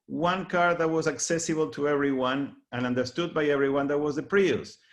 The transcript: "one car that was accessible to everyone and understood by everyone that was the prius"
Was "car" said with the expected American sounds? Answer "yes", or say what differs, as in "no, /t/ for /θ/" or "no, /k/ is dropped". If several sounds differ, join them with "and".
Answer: yes